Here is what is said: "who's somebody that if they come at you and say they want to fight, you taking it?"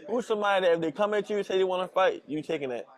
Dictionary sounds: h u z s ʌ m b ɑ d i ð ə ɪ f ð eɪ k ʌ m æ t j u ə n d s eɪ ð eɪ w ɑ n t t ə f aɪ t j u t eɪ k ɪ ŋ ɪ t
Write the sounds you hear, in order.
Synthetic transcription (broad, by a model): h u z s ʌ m ɑ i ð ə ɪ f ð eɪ k ʌ m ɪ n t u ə s eɪ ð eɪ w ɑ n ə f aɪ t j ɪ t eɪ k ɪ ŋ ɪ t